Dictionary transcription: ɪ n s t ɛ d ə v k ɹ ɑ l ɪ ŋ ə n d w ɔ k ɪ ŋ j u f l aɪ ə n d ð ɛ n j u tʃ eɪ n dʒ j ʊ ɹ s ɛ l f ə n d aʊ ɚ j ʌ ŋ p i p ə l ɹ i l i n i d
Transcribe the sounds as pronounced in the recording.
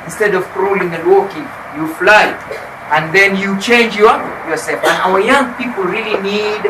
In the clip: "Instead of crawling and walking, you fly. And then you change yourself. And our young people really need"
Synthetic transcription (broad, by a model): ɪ n s t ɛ d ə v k ɹ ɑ l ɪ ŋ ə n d w ɔ k ɪ ŋ j u f l aɪ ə n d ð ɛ n j u tʃ eɪ n dʒ j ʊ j s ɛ l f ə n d aʊ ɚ j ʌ ŋ p i p ə l ɹ i l i n i d